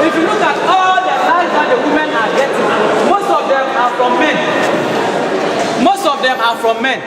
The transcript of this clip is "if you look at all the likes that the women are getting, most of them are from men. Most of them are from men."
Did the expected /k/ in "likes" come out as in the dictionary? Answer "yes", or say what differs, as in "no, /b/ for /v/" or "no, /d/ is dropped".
no, /k/ is dropped